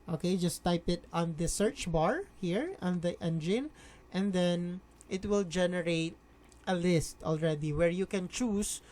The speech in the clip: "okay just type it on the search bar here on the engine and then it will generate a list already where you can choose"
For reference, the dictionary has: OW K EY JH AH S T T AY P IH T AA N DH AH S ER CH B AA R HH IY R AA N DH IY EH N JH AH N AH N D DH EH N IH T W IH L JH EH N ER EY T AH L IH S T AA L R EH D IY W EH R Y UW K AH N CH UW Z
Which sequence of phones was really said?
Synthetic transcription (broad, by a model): OW K EY JH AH S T T AY P IH T AA N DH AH S ER CH B AA R HH IY R AA N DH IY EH N JH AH N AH N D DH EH N IH T W IH L JH EH N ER EY T AH L IH S T AA L R EH D IY W EH R Y UW K AH N CH UW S